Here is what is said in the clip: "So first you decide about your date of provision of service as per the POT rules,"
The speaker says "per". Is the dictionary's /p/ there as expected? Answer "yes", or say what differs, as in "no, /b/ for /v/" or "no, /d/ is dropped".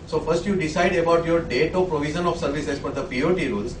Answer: no, /f/ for /p/